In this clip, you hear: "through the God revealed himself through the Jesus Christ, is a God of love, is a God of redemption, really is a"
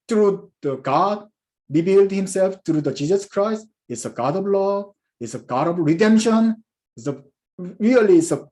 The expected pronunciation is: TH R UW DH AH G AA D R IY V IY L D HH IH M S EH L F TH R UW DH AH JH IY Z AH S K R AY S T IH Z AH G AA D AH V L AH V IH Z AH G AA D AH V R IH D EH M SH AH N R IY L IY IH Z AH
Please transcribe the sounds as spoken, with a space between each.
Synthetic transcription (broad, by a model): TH R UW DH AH G AA D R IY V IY L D HH IH M S EH L F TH R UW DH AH JH IY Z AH S K R AY S T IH S AH G AA D AH V L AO IH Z AH G AA D AH V R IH D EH M SH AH N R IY L IY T S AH